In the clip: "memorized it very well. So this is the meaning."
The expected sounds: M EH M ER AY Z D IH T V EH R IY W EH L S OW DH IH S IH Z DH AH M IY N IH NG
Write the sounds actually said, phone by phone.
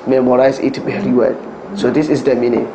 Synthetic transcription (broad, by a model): M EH M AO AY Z IH T B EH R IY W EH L S OW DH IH S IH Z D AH M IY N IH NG